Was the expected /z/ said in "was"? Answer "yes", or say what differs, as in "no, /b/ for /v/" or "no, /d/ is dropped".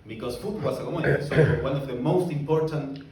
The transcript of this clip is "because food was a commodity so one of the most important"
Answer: no, /s/ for /z/